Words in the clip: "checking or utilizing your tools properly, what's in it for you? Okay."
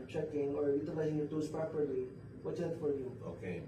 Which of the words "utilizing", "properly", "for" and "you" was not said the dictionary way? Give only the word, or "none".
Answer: utilizing